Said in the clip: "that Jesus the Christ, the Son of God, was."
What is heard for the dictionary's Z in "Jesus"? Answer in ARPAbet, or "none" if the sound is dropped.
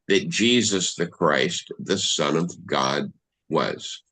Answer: Z